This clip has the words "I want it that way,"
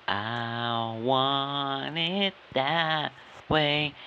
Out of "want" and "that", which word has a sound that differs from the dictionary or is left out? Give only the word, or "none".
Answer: want